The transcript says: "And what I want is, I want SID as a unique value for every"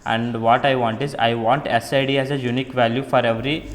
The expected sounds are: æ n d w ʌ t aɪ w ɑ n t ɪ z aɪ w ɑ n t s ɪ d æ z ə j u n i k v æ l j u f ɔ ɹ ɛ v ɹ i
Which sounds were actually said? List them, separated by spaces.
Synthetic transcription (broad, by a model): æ n d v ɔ t aɪ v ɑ n t ɪ z aɪ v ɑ n t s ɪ d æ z ə j u n i k v æ l j u f ɔ ɹ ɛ v ɹ i